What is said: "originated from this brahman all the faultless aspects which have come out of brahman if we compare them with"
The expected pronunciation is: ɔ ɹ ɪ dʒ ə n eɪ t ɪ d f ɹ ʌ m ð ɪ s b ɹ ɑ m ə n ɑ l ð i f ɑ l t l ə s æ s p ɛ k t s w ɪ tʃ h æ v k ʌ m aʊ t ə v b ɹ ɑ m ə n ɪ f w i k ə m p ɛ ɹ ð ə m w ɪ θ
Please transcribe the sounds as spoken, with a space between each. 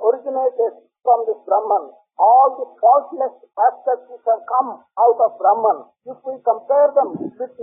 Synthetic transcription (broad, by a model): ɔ ɹ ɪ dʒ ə n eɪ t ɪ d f ɹ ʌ m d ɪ s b ɹ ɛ m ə n ɑ l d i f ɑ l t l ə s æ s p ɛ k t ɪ s h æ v k ʌ m aʊ t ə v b ɹ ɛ m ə n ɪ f w i k ə m p ɛ ɹ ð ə m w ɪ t